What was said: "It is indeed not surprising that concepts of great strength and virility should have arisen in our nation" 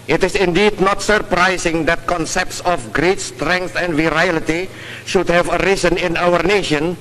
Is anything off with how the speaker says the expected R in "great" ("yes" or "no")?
no